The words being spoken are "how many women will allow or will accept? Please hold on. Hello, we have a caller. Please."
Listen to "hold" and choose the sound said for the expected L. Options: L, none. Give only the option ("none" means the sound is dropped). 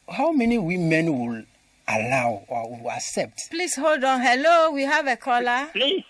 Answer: L